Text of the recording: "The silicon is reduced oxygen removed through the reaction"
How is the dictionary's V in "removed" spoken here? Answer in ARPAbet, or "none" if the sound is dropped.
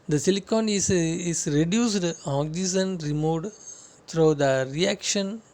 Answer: none